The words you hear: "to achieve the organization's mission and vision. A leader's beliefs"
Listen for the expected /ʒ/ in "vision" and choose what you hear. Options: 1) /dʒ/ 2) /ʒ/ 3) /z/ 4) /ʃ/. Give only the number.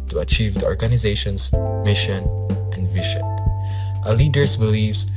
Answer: 4